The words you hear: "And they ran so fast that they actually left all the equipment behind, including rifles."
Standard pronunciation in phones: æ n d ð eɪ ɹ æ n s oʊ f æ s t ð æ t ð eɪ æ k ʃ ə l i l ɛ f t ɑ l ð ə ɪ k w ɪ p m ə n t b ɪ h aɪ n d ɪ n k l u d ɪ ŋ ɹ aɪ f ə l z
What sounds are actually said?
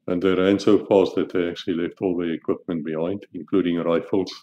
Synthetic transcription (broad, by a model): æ n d ð eɪ ɹ æ n s oʊ f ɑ s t ð æ t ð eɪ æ k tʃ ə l i l ɛ f t ɑ l ð ə ɪ k w ɪ p m ə n t b ɪ h aɪ n d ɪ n k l u d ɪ ŋ ɹ aɪ f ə l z